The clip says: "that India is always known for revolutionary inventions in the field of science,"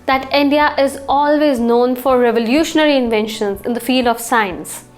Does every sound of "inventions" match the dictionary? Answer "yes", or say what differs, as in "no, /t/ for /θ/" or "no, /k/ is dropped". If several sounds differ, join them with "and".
yes